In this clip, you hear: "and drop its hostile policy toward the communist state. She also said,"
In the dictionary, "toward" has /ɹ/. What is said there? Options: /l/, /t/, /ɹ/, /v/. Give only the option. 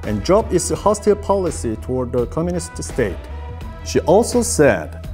/ɹ/